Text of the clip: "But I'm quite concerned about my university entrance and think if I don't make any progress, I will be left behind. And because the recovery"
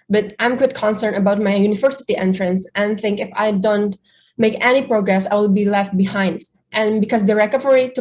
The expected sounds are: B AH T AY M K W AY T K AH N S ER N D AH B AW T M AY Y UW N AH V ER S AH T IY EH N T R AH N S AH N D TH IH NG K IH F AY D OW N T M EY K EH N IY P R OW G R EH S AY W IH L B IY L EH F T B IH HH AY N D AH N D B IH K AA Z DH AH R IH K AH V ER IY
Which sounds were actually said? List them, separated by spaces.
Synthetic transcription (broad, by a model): B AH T AY M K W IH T K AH N S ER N AH B AW T M AY Y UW N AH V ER S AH T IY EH N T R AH N S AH N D TH IH NG K IH F AY D OW N T M EY K EH N IY P R OW G R EH S AY W IH L B IY L EH F T B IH HH AY N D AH N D B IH K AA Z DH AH R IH K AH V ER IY